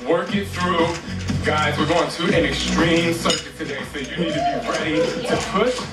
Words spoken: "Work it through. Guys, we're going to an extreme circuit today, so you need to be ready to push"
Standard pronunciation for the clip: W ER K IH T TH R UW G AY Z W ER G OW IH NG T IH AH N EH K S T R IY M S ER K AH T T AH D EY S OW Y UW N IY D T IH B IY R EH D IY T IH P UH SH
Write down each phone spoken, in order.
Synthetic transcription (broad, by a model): W ER K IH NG TH R UW G AY Z W ER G OW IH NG T IH AH N EH K S T R IY M S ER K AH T T AH D EY S OW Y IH N IY D T IH B IY R EH D IY T IH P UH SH